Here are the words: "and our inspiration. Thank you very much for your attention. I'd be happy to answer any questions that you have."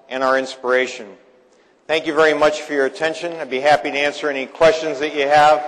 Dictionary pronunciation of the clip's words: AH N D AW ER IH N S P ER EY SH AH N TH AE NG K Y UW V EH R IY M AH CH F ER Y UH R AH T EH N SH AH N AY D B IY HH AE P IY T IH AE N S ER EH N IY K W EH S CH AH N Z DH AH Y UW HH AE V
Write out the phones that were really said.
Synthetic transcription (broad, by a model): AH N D AW ER IH N S P ER EY SH AH N TH AE NG K Y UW V EH R IY M AH CH F ER Y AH R AH T EH N SH AH N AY B IY HH AE P IY T IH AE N S ER EH N IY K W EH S CH AH N Z DH AH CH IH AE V